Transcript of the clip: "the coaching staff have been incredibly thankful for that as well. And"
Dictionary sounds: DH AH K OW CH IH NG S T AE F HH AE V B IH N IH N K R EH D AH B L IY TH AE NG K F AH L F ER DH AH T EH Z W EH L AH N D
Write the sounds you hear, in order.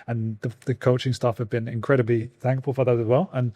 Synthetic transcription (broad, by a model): DH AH K OW CH IH NG S T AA F HH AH V B IH N IH N K R EH D AH B L IY TH AE NG K F AH L F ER DH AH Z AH Z W EH L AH N